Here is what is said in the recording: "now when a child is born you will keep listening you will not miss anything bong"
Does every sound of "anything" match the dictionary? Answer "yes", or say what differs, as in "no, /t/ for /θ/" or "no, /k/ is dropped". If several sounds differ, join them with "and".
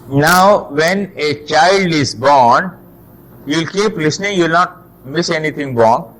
no, /t/ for /θ/